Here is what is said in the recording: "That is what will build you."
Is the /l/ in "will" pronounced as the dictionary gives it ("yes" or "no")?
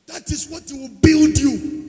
no